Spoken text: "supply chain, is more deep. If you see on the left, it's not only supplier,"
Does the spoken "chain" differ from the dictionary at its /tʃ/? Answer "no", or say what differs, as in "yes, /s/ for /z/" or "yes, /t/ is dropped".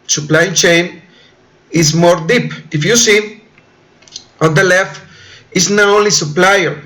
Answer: no